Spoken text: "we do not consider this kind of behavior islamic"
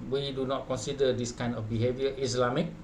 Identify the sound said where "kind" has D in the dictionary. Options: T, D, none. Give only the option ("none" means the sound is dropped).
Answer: none